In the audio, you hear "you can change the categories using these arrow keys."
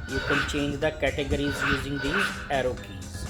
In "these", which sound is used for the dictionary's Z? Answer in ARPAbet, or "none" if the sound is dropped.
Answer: none